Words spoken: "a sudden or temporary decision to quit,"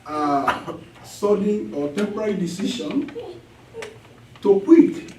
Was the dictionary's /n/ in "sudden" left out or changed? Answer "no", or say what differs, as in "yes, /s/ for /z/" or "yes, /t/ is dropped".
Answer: yes, /n/ is dropped